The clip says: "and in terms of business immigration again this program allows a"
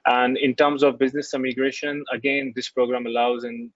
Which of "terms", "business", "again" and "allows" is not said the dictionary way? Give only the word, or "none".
none